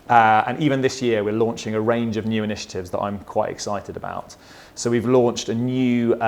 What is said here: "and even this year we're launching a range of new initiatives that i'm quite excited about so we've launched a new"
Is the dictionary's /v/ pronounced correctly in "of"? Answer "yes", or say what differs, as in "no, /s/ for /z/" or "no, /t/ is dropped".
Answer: yes